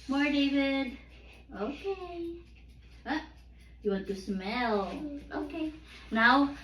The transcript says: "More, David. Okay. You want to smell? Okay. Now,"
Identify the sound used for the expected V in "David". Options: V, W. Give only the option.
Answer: V